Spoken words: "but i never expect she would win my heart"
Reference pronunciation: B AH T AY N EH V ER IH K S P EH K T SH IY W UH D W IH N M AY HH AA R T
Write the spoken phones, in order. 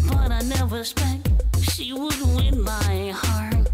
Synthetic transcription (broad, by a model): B AH T AY N EH V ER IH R S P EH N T SH IY W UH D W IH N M AY HH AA R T